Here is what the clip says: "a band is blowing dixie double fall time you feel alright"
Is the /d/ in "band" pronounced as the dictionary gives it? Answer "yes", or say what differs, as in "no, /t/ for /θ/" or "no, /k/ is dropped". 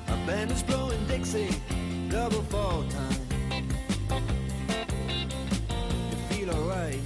no, /d/ is dropped